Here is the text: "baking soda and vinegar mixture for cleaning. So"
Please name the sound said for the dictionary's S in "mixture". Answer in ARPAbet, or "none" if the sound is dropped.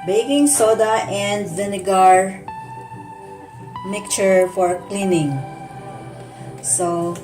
none